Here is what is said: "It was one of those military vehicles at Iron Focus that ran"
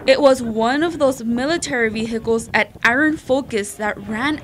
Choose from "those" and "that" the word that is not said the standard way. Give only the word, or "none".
none